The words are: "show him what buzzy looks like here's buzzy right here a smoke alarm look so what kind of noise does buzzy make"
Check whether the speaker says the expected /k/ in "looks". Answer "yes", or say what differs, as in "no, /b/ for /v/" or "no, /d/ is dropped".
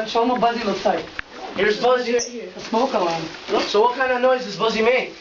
no, /k/ is dropped